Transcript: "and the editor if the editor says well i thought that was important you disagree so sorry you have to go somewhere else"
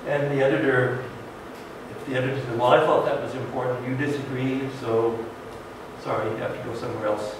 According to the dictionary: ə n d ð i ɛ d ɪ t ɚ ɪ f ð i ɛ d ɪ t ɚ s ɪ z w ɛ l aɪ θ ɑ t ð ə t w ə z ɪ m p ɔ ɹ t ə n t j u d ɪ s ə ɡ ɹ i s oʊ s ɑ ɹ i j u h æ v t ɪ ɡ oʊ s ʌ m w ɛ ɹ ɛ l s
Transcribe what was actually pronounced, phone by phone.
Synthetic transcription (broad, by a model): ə n ð i ɛ d ɪ t ɚ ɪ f ð i ɛ d ɪ t ɚ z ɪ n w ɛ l aɪ θ ɑ t ð ə t w ə z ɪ m p ɔ ɹ t n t j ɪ d ɪ s ə ɡ ɹ i s oʊ s ɑ ɹ i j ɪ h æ f t ɪ ɡ oʊ s ʌ m w ɛ ɹ ɛ l s